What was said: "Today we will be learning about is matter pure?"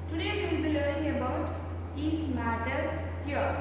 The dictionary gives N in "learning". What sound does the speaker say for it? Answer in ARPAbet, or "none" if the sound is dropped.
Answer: none